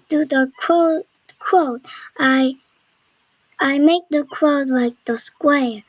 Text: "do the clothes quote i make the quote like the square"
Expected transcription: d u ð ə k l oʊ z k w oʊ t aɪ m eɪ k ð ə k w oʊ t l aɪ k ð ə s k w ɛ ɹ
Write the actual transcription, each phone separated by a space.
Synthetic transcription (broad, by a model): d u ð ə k oʊ k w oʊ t aɪ m eɪ k ð ə k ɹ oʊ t l aɪ k ð ə s k w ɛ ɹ